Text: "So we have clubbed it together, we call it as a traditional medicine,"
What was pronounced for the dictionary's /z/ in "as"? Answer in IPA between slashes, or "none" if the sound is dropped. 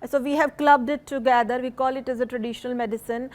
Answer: /z/